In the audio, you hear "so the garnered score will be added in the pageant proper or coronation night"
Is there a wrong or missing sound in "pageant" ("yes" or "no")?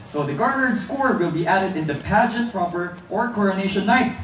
no